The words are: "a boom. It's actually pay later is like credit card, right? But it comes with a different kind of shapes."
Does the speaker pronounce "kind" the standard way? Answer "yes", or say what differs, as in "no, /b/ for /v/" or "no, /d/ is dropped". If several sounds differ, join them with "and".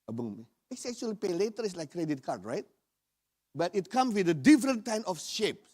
no, /d/ is dropped